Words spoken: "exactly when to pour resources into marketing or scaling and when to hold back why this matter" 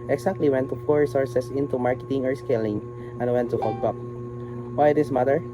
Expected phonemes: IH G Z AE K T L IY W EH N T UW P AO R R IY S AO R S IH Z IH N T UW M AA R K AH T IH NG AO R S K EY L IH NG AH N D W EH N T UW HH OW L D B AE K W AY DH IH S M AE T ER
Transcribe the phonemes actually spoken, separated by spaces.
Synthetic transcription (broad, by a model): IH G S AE K T L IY W EH N T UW F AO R R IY S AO R S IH S IH N T UW M AA R K AH T IH NG AO R S K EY L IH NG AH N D W EH N T UW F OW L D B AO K W AY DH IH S M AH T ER